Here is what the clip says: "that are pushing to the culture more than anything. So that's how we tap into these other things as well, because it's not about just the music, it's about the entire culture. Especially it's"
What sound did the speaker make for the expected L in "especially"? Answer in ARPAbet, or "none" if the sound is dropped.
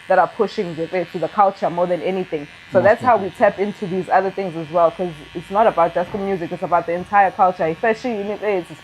N